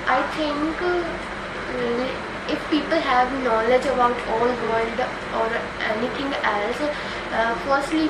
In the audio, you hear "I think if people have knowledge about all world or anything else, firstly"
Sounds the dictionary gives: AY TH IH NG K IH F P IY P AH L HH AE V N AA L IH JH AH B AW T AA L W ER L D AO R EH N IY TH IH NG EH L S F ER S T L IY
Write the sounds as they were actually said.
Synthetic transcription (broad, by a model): AY T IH NG K IH F P IY P AH L HH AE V N AA L IH JH AH B AW T AA L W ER L D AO R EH N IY T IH NG EH L S F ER S T L IY